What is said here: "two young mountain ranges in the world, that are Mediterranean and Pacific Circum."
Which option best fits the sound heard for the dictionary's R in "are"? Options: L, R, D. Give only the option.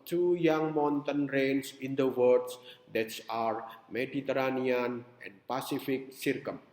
R